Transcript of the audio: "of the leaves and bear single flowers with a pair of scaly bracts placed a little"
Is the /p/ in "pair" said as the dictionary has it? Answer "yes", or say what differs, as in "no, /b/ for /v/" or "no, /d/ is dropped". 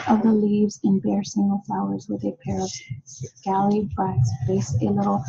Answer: yes